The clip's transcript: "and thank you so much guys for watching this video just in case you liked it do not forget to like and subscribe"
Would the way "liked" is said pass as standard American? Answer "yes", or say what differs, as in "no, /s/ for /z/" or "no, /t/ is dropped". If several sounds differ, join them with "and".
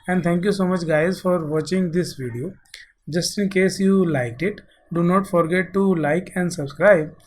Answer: yes